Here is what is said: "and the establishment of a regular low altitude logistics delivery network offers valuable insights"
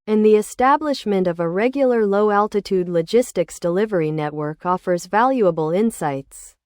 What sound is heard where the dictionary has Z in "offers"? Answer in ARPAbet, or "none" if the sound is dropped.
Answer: Z